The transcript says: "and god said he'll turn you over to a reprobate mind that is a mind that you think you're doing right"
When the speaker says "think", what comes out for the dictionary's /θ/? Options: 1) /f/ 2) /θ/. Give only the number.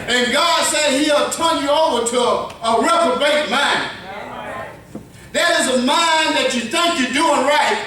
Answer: 2